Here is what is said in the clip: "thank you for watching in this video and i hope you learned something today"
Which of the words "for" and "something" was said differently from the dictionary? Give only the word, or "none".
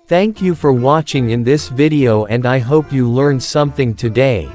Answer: none